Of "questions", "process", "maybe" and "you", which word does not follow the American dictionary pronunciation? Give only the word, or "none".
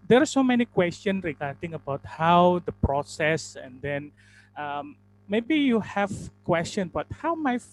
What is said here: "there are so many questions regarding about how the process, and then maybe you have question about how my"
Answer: questions